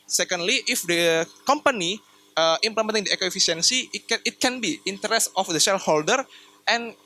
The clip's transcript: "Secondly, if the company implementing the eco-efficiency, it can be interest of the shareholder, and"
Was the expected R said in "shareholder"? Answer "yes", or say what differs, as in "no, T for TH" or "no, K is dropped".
no, L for R